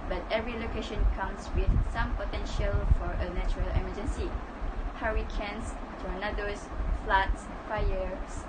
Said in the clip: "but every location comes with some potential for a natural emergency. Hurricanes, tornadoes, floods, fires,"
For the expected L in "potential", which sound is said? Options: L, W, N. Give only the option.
L